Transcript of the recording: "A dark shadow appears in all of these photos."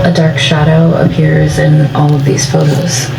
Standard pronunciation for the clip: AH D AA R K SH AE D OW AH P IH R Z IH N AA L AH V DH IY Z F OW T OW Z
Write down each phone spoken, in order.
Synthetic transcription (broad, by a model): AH D AA R K SH AE D OW AH P IH R Z IH N AA L AH V DH IY Z F OW T OW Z